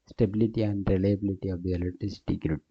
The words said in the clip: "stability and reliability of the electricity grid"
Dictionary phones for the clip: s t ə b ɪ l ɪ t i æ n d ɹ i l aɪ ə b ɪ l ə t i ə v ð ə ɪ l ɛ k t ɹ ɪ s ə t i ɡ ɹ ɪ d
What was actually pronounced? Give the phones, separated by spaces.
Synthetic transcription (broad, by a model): s t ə b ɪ l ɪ t i æ n d ɹ i l aɪ ə b ɪ l ə t i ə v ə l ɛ t ɪ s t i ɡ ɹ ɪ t